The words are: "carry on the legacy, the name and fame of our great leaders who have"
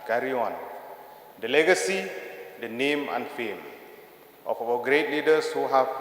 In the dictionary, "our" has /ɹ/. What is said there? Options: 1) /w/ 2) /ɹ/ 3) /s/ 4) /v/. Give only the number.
1